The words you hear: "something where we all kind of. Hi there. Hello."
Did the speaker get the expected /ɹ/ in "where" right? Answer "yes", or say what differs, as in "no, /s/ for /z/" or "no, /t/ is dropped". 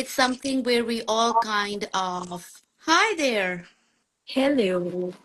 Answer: yes